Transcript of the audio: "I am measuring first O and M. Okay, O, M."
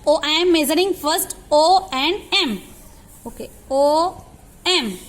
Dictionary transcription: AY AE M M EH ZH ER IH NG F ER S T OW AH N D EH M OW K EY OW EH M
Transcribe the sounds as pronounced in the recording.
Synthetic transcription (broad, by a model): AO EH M M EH Z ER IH NG F ER S T OW AH N D EH M OW K EY OW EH M